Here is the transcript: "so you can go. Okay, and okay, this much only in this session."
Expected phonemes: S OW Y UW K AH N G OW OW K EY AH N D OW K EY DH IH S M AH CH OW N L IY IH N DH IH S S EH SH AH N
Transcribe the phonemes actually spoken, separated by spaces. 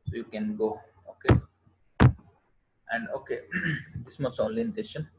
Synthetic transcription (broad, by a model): S OW Y UW K AH N G OW OW K EY AH N D OW K EY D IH S M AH S OW N L IY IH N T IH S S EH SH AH N